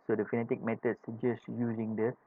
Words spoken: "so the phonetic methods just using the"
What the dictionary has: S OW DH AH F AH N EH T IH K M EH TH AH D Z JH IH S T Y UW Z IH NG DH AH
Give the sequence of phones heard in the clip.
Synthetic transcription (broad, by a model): S OW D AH F AH N EH T IH K M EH T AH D S JH IH S T Y UW Z IH NG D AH